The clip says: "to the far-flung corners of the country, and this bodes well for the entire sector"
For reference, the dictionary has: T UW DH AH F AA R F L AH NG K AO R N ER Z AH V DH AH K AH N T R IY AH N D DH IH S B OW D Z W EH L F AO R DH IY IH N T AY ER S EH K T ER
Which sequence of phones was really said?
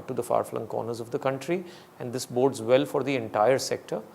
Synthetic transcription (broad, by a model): T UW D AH F AA R F L AH NG K AO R N ER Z AH V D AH K AH N T R IY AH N D IH S B OW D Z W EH L F AO R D IY IH N T AY ER S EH K T ER